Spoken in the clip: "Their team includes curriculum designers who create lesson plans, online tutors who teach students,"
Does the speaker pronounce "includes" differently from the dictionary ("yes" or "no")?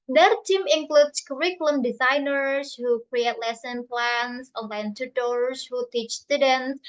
yes